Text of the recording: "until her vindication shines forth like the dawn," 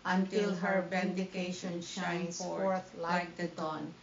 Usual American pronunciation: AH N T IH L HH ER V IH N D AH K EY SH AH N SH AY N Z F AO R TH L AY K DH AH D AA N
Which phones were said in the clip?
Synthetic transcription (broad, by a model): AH N T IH L HH ER B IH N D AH K EY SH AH N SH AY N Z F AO R T L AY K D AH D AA N